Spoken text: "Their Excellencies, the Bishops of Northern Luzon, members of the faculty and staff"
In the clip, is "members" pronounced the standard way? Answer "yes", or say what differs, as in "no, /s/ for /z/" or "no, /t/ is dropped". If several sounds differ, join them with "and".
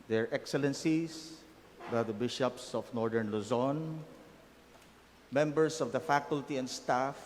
no, /s/ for /z/